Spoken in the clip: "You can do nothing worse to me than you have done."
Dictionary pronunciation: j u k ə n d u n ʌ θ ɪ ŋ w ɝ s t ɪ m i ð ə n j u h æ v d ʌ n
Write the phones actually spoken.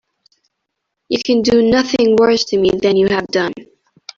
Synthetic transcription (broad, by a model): j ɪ k ə n d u n ʌ θ ɪ ŋ w ɝ s t ɪ m i ð ə n j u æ v d ʌ n